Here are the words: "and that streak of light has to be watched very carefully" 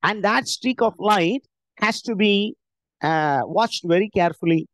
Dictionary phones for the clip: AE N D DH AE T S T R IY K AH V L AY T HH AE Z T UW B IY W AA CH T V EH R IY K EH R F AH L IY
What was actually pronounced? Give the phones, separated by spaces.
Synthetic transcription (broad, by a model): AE N D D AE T S T R IY K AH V L AY T HH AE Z T UW B IY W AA CH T V EH R IY K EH R F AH L IY